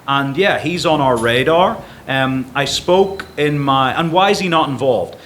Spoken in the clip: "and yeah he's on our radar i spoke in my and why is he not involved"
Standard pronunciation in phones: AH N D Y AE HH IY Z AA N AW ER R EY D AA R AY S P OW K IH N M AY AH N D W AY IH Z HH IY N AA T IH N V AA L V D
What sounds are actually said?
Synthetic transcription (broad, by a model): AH N Y AE HH IY Z N AW ER R EY D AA R AY S P OW K IH N M AY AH N W AY IH Z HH IY N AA T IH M V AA L V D